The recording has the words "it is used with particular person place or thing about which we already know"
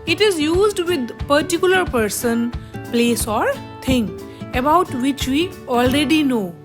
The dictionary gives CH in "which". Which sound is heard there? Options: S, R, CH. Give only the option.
CH